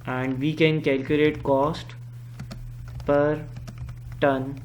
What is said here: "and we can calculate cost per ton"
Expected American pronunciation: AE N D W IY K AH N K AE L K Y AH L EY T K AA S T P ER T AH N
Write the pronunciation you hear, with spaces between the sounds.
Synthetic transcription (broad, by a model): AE N D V IY K AH N K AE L K Y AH L EY T K AA S T P ER T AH N